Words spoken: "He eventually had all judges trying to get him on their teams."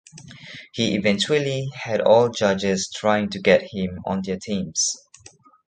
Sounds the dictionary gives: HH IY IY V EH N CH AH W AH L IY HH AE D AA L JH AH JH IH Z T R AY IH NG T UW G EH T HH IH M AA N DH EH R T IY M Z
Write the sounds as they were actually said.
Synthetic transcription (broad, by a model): HH IY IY V EH N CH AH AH L IY HH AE D AA L JH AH JH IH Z T R AY IH NG T UW G EH T HH IH M AA N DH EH T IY M S